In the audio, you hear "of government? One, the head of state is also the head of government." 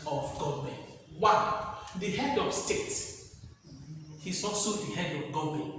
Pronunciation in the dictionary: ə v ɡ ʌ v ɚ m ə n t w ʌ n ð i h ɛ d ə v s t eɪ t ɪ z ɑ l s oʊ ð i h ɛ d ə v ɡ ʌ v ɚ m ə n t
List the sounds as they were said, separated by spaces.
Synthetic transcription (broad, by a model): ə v ɡ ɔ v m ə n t w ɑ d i h ɛ d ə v s t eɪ t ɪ s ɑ s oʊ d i h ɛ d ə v ɡ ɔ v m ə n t